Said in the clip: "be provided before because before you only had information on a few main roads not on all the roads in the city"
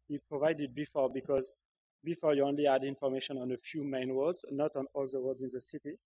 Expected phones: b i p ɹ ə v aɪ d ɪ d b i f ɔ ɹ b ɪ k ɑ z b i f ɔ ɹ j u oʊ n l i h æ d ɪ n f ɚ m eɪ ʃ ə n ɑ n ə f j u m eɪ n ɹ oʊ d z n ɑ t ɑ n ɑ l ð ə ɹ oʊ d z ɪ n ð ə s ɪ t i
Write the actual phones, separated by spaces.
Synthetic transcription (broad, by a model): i p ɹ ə v aɪ d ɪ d b i f ɔ ɹ b ɪ k ɑ z b i f ɔ ɹ j u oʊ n l i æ d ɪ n f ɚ m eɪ ʃ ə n ɑ n ə f j u m eɪ n w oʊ d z n ɑ t ɑ n ɑ l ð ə w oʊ d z ɪ n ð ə s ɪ t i